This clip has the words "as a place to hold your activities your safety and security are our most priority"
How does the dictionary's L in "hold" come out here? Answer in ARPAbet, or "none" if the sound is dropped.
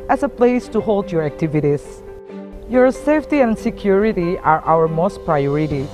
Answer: L